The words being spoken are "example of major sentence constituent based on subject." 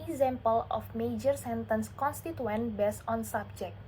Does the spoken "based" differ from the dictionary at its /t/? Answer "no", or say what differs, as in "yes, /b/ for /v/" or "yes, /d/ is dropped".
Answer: yes, /t/ is dropped